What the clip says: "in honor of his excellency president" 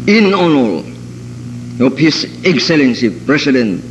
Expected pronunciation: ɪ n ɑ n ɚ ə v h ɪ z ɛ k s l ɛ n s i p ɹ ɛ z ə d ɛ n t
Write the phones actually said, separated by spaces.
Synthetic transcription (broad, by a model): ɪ n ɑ n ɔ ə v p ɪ s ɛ k s l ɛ n s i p ɹ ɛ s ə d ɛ n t